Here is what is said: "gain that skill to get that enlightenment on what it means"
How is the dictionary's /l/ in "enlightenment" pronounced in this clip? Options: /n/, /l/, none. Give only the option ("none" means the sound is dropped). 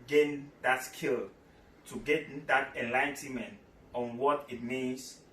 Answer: /l/